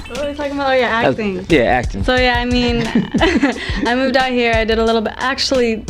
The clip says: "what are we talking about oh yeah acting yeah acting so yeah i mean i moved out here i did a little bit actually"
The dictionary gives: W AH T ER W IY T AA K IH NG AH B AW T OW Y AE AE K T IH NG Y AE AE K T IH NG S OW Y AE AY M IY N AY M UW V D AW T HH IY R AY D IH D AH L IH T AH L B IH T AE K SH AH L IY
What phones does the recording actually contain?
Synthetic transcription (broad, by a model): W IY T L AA IH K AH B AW OW Y AE AE K T IH NG Y AE AE K T IH NG S OW Y AE AY M IY N AY M UW V D AW T HH IY R AY D IH D AH L IH T L B IH T AE K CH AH L IY